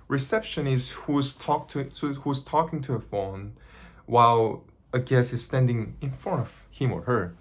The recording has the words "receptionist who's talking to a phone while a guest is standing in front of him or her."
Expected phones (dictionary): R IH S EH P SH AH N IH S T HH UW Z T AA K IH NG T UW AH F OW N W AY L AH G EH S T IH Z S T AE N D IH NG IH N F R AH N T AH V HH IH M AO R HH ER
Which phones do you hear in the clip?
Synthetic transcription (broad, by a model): R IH S EH P SH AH N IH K T HH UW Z T AA K IH NG T UW AH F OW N W AY L AH G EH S IH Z S T AE N D IH NG IH N F AO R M AH V HH IH M AO R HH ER